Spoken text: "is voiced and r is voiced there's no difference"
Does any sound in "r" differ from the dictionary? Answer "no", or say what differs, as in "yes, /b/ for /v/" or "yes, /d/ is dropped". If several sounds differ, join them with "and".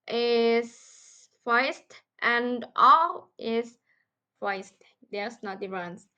yes, /l/ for /ɹ/